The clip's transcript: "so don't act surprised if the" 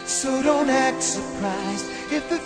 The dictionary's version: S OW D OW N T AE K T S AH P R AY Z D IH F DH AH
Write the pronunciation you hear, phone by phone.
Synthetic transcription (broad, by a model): S OW D OW N T AE K T S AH P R AY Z IH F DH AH